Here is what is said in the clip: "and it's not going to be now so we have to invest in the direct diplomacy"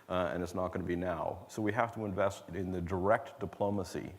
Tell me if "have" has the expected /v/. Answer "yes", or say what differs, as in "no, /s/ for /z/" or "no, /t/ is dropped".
no, /f/ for /v/